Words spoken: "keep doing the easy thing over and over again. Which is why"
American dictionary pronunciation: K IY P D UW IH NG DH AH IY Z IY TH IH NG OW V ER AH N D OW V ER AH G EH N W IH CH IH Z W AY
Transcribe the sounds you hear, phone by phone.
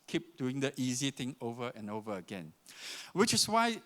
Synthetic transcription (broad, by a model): K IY P D UW IH NG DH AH IY Z IY T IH NG OW V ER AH N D OW V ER AH G EH N W IH CH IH S W AY